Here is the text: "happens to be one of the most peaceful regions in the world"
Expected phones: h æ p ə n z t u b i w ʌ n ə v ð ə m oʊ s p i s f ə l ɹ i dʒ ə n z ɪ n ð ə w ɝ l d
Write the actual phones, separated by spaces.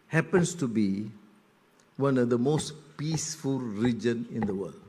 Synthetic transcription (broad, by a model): h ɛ p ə n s t u b i w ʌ n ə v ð ə m oʊ s p i s f ə l ɹ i dʒ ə n ɪ n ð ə w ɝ l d